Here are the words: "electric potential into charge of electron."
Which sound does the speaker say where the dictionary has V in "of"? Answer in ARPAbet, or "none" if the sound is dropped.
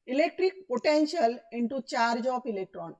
P